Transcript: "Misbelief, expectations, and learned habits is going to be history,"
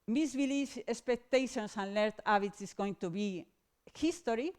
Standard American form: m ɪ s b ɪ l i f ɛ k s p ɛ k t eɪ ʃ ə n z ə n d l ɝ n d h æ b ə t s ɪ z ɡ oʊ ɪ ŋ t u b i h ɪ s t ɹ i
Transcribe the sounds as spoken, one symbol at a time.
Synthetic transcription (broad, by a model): m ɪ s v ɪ l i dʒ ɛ k s p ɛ k t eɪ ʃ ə n s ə n l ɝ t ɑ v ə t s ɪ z ɡ oʊ ɪ ŋ t u b i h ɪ s t ɹ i